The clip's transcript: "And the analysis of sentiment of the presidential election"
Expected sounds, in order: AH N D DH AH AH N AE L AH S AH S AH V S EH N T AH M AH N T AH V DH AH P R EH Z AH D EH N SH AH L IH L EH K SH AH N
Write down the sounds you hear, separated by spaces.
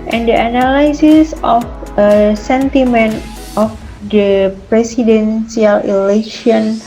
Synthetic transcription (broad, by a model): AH N D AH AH N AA L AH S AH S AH F S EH N T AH M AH N T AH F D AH P R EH S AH D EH N S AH L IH L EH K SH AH N